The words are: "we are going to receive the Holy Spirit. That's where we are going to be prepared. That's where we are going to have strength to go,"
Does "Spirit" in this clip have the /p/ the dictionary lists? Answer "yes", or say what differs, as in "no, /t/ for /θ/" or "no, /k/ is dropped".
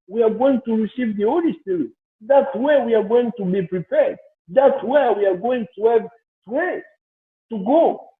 no, /p/ is dropped